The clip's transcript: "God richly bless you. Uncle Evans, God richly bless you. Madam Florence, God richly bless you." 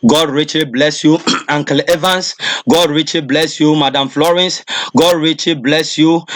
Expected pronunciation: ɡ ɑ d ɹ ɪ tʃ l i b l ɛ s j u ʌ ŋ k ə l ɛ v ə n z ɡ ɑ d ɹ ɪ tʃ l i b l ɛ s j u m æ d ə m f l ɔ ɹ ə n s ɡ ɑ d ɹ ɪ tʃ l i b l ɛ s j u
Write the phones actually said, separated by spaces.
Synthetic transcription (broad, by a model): ɡ ɑ d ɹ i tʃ l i b l ɛ s j u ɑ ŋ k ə l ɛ v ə n s ɡ ɑ d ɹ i tʃ l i b l ɛ s j u m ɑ d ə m f l ɔ ɹ ə n s ɡ ɑ d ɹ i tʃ l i b l ɛ s j u